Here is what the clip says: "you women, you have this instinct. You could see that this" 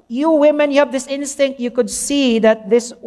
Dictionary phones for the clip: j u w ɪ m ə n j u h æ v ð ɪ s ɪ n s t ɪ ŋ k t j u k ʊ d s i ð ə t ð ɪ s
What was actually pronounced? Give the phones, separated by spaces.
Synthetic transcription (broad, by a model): j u w ɪ m ə n j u h æ v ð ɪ s ɪ n s t ɪ ŋ k t j u k ʊ d s i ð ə t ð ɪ s